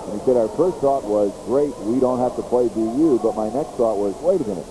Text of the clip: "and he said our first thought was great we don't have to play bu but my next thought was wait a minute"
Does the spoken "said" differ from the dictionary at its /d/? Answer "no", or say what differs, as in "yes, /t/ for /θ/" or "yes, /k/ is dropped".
no